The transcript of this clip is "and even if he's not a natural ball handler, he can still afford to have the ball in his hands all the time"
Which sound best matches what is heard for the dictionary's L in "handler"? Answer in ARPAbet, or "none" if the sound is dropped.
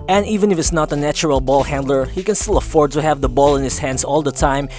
L